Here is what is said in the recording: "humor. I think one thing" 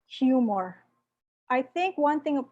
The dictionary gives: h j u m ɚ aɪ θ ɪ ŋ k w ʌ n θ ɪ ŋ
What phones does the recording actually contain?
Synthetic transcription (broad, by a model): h j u m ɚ aɪ θ ɪ ŋ k w ʌ n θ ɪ ŋ